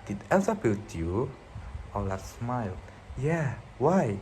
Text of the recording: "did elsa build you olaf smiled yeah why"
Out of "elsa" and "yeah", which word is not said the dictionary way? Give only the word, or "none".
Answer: elsa